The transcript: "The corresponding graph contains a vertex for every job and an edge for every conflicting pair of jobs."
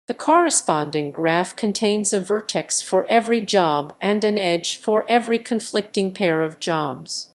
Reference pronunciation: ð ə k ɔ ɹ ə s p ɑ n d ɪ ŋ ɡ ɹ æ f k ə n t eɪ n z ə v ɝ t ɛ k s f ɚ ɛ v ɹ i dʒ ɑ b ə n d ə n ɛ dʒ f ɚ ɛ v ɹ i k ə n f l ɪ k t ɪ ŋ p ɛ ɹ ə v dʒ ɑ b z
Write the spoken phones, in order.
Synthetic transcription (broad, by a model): ð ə k ɔ ɹ ə s p ɑ n d ɪ ŋ ɡ ɹ æ f k ə n t eɪ n z ə v ɝ t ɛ k s f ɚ ɛ v ɹ i dʒ ɑ b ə n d ə n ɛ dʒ f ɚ ɛ v ɹ i k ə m f l ɪ k t ɪ ŋ p ɛ ɹ ə v dʒ ɑ b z